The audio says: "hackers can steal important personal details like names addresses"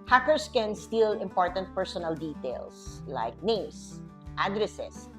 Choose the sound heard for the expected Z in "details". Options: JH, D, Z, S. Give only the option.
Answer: S